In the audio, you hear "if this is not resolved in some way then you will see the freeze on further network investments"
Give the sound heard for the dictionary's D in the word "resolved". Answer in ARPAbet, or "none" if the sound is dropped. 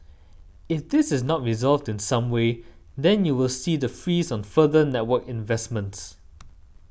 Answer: D